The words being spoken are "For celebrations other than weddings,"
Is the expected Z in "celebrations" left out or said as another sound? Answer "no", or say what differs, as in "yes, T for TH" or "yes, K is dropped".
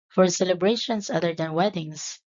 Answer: yes, S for Z